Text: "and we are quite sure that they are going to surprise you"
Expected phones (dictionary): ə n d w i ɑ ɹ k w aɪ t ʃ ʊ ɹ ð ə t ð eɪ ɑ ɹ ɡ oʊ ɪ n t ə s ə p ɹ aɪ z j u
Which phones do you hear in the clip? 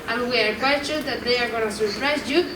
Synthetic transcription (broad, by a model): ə n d w i ɑ ɹ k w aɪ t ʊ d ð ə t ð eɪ ɑ ɹ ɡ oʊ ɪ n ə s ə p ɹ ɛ s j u